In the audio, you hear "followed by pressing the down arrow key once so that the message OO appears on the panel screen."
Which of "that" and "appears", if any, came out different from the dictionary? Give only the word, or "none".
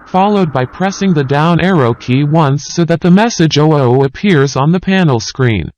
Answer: none